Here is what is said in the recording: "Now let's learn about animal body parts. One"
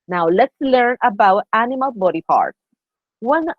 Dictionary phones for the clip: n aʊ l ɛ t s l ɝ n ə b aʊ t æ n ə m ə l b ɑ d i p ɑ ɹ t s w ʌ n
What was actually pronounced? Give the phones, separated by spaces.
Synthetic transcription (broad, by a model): n aʊ l ɛ t s l ɝ n ə b aʊ t æ n ə m ə l b ɑ d i p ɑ ɹ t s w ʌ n